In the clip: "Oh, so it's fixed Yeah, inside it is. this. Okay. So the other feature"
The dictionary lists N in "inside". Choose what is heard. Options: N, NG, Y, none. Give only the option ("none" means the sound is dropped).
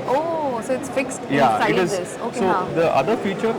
none